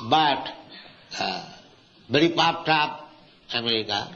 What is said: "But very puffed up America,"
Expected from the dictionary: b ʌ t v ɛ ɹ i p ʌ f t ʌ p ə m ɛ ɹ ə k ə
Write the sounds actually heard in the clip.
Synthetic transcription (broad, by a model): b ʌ t b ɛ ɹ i p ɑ p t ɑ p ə m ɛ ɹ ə k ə